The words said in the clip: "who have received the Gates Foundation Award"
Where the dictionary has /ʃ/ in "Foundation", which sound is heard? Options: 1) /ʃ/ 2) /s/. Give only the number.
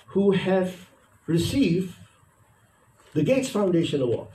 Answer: 1